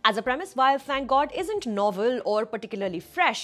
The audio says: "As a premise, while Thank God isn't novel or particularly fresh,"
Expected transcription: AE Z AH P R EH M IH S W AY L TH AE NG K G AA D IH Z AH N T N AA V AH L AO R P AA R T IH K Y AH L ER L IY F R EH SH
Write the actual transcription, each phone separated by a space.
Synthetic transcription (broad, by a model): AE Z AH P R EH M IH S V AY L F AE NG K G AA D IH Z AH N T N AA V AH L AO R P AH R T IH K Y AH L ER L IY F R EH SH